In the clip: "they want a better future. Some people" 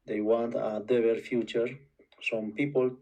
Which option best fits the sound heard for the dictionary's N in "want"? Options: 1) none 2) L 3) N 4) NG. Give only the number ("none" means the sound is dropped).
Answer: 3